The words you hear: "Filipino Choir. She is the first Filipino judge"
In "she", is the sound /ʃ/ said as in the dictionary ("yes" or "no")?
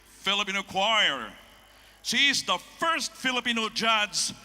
no